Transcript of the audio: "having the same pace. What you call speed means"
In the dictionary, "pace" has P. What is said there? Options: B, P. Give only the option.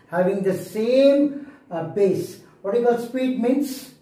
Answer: B